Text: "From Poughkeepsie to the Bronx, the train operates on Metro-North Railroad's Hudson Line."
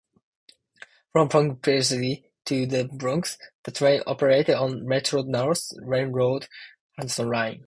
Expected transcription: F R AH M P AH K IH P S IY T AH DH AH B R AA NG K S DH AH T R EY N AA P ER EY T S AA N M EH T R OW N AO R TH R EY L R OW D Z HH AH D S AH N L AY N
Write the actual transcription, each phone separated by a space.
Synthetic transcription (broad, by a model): F R AH M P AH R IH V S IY T AH DH AH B R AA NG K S DH AH T R EY N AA P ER EY T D N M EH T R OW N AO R S R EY N R OW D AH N S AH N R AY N